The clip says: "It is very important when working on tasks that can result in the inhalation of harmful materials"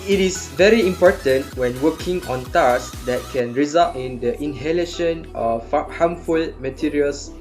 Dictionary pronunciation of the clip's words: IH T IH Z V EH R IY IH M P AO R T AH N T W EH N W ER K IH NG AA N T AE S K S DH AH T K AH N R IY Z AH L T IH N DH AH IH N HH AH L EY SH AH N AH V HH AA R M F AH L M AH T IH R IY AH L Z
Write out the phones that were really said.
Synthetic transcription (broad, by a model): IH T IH S V EH R IY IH M P AO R T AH N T W EH N W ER K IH NG AA N T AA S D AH T K AH N R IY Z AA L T IH N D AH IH N HH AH L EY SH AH N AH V HH AA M F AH L M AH T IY R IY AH L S